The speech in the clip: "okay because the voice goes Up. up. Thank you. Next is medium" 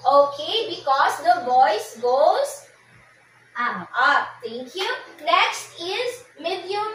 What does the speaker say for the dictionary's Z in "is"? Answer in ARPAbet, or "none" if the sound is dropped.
Z